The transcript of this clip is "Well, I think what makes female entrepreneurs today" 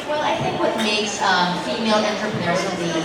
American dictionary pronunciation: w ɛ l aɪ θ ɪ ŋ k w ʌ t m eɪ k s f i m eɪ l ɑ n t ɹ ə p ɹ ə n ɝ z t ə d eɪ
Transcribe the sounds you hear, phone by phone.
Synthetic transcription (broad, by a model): w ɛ l aɪ θ ɪ ŋ k w ʌ t m eɪ k s f i m eɪ l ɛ n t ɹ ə p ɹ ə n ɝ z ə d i